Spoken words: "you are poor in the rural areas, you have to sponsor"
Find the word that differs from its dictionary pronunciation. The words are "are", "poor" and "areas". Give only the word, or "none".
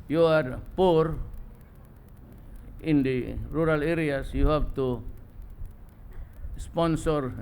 areas